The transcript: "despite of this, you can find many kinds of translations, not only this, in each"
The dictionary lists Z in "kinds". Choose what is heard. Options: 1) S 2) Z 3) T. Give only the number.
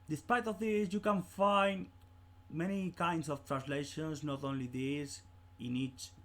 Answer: 1